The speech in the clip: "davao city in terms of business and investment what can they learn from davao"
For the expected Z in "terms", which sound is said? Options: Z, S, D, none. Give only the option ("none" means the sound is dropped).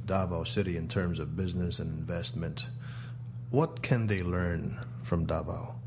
Z